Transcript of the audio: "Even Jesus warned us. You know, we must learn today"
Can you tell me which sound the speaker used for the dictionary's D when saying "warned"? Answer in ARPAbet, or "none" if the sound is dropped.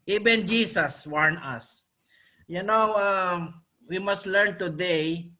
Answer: none